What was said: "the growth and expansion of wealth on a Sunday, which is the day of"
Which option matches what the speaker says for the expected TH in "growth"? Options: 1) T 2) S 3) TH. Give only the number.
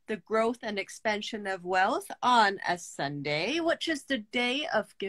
3